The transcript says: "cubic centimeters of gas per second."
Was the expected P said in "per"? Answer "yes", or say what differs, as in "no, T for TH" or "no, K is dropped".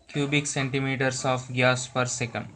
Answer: yes